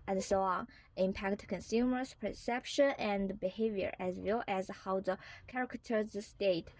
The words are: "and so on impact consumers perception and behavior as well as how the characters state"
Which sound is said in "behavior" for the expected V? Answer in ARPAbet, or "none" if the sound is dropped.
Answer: V